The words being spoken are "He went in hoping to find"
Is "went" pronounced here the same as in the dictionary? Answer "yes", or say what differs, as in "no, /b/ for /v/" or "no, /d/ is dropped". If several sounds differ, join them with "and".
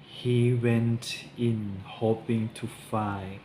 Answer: yes